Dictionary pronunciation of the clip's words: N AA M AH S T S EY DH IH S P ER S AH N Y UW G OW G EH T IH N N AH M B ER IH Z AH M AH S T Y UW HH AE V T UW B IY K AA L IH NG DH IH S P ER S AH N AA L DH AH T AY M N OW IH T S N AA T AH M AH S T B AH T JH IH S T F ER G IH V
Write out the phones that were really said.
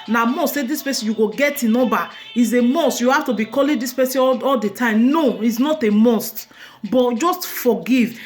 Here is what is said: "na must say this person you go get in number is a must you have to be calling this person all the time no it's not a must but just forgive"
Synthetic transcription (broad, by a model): N AA M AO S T S EY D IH S P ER S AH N Y UW G OW G EH T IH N N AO B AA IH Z AH M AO S T Y UW HH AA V T UW B IY K AA L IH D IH S P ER S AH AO AA L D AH T AY M N OW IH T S N AA T AH M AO S T B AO T JH IH S T F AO G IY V